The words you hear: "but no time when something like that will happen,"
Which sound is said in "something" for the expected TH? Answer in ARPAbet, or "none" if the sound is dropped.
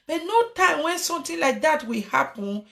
T